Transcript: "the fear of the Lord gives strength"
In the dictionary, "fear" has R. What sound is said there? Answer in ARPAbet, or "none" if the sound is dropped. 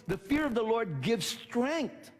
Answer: R